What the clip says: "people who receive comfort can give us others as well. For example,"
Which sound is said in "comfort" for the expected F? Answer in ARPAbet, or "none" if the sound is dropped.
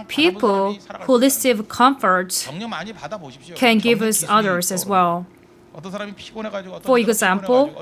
F